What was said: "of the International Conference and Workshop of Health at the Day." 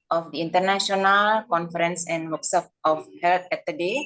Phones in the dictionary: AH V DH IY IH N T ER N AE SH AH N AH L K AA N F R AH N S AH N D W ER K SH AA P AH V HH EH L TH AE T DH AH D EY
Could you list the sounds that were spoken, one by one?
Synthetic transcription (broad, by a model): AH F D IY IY N T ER N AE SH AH N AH L K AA N F R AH N S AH N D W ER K S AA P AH F HH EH L T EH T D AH D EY